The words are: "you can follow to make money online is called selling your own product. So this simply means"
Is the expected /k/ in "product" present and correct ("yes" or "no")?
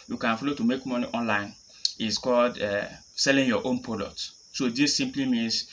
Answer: no